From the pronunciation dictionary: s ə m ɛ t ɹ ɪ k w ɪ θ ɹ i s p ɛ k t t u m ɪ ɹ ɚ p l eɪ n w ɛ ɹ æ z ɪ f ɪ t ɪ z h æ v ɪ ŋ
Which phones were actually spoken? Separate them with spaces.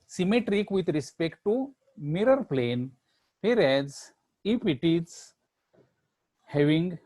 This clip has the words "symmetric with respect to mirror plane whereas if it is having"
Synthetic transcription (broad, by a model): s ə m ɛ t ɹ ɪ k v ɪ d ɹ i s p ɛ k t t u m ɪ ɹ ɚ p l eɪ n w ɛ ɹ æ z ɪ p ɪ t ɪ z h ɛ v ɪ ŋ